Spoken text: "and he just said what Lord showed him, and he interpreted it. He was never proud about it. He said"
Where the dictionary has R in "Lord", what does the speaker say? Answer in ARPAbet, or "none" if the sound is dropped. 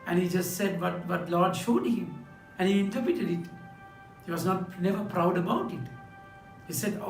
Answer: L